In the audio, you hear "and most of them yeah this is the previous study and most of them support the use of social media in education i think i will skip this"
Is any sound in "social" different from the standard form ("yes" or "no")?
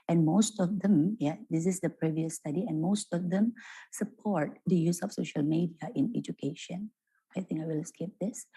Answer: no